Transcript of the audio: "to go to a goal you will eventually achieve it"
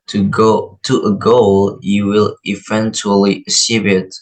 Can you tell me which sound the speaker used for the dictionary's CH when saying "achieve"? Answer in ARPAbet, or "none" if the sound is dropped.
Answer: S